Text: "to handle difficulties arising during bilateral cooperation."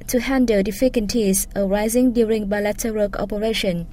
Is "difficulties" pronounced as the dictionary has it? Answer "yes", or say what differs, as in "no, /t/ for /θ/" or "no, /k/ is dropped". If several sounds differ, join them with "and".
no, /n/ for /l/